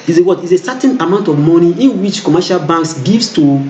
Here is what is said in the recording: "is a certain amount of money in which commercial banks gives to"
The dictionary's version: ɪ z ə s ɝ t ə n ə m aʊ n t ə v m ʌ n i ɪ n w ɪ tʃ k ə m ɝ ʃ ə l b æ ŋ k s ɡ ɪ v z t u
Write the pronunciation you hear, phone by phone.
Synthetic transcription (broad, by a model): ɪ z ə s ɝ t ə n ə m aʊ n t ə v m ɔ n i ɪ n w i tʃ k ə m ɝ ʃ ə l b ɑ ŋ k s ɡ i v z t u